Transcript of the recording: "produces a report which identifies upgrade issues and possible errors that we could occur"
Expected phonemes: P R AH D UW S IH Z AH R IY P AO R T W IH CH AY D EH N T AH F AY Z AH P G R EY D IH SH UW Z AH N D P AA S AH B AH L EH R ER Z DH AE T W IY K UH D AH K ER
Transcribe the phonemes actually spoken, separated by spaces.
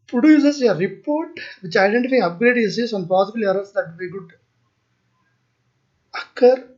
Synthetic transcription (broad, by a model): P R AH D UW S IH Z AH R IY P AO R T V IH CH AY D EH N T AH F AY AH P G R EY D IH S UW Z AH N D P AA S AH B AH L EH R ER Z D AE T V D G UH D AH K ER